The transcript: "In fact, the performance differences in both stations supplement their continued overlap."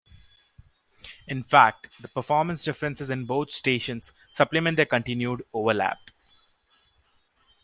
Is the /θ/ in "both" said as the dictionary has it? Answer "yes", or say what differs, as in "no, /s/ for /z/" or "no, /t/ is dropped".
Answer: no, /t/ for /θ/